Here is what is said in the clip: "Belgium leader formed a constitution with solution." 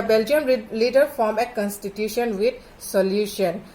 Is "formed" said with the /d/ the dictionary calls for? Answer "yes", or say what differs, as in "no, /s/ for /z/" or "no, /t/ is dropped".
no, /d/ is dropped